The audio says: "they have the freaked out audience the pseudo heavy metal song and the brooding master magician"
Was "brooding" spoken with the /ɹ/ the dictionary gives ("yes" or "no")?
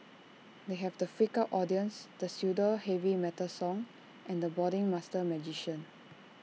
no